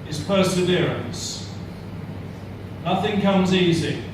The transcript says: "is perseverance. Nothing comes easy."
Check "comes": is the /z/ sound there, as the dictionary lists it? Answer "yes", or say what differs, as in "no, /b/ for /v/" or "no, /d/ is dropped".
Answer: yes